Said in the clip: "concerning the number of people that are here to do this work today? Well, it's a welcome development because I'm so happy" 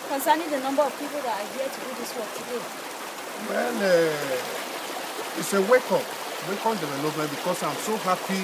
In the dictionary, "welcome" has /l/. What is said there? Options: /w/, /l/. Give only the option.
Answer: /w/